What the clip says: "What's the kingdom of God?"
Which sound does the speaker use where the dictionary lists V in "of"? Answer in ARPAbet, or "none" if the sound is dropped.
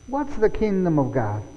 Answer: V